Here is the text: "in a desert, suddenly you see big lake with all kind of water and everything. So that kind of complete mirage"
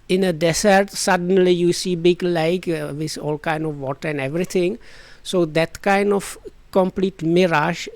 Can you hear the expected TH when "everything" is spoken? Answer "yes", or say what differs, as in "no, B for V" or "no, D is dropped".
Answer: no, T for TH